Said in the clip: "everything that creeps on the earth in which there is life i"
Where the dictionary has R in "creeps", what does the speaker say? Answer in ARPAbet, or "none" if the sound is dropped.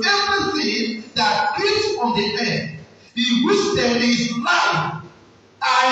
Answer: none